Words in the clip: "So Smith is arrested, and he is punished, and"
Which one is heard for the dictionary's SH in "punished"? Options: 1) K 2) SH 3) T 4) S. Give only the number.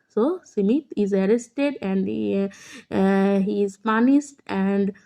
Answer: 4